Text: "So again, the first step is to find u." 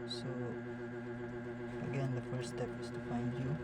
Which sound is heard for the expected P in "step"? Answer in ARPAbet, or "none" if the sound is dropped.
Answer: P